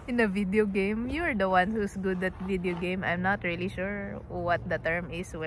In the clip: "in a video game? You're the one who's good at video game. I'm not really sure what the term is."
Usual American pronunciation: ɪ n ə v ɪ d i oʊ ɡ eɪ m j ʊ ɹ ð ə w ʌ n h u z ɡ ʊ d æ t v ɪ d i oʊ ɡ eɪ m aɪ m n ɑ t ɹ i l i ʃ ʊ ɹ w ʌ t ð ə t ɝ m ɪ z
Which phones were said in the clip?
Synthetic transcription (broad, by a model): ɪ n ə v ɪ d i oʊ ɡ eɪ m j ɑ ɹ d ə w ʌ n h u s ɡ ʊ d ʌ t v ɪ d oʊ ɡ eɪ m aɪ m n ɑ t ɹ i l i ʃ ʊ ɹ w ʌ t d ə t ɝ m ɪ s